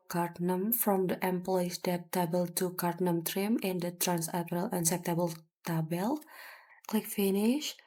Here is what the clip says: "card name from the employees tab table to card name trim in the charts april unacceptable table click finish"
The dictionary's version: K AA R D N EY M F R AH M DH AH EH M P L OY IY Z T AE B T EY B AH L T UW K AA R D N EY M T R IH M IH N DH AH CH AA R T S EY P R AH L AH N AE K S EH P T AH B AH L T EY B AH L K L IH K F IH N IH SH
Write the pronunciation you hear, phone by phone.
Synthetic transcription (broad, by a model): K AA R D N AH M F R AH M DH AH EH M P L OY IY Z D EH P T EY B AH L T UW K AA R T N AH M T R IH M IH N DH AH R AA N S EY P AH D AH L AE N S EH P T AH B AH L T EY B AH L K L IH K F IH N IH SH